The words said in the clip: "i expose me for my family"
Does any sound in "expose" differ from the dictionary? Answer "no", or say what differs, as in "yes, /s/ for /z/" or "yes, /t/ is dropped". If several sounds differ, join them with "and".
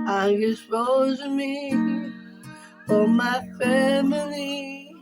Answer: yes, /k/ is dropped